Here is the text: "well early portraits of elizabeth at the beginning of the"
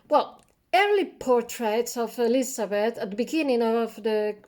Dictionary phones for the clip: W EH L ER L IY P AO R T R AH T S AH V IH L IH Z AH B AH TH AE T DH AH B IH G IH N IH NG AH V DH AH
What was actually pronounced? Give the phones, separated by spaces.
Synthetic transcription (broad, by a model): W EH L ER L IY P AO R T R AH T S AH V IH L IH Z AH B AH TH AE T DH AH B IH G IH N IH NG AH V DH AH